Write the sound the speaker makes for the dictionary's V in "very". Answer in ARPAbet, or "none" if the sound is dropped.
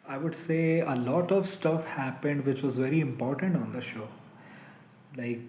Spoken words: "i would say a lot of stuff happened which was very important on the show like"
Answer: V